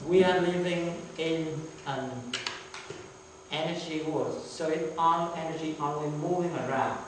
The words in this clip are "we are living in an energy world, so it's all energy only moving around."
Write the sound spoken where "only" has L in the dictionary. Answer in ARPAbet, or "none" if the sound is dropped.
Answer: W